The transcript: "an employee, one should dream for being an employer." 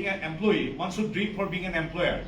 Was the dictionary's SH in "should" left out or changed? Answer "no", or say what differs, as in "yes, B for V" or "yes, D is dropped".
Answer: yes, S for SH